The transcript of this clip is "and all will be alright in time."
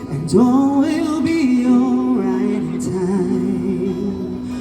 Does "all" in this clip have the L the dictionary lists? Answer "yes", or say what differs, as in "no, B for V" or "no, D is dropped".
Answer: no, N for L